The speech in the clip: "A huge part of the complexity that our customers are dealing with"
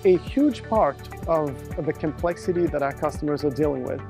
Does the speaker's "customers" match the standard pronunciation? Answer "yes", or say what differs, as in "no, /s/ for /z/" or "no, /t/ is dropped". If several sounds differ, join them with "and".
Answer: yes